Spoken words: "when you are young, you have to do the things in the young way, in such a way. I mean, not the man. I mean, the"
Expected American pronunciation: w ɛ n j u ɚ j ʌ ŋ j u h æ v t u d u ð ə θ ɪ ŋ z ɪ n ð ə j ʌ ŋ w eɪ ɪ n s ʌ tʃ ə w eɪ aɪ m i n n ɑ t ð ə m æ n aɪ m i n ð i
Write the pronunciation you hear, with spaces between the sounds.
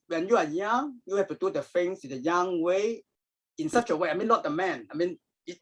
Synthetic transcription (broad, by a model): w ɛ n j u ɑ j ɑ ŋ j u h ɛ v t u d u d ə f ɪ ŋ s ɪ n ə j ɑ ŋ w eɪ ɪ n s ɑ tʃ ə w eɪ aɪ m i n l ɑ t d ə m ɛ n aɪ m i n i